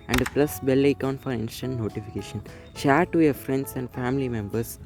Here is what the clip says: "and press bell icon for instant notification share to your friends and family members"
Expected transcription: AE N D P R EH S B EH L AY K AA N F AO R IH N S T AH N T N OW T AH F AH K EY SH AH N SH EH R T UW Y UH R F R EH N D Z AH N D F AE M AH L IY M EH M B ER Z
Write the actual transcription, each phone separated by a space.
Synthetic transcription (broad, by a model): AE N D P L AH S B EH L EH K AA N F AO R IH N S T AH N T N OW T AH F AH K EY SH AH N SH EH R T UW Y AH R F R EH N D S AH N D F AE M AH L IY M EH M B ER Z